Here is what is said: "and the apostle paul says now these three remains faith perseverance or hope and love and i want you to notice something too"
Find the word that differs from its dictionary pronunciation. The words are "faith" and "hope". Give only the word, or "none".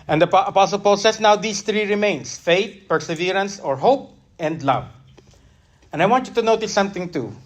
faith